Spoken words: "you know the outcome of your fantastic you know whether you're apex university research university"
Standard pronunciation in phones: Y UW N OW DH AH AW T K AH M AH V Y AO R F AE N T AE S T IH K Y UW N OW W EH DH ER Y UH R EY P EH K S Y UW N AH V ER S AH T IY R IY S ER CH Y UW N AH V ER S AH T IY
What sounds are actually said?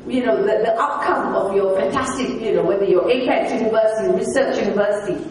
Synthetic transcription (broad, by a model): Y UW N OW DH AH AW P K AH M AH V Y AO F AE N T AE S T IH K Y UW N OW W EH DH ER Y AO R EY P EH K Y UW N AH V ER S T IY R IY S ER CH Y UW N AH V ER S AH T IY